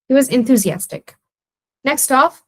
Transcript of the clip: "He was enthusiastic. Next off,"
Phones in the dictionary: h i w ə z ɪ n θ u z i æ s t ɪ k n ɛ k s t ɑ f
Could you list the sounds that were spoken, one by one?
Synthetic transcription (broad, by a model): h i w ə z ɪ n θ u z i æ s t ɪ k n ɛ k s t ɑ f